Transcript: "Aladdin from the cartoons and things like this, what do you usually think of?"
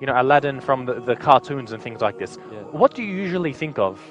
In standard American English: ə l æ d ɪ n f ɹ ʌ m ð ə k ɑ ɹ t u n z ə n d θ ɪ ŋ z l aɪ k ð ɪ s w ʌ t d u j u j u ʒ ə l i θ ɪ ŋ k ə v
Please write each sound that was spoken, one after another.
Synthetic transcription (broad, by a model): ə l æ d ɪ n f ɹ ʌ m ð ə k ɑ ɹ t u n z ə n θ ɪ ŋ z l aɪ k ð ɪ s w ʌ t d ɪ j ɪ j u ʒ ə l i θ ɪ ŋ k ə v